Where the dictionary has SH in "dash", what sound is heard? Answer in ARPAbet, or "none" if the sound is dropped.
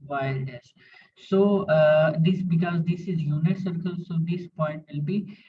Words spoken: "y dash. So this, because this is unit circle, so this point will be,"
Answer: S